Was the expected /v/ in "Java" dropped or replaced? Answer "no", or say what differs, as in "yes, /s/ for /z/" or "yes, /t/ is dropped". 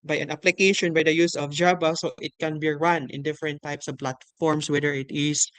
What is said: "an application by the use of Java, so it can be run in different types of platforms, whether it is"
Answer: yes, /b/ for /v/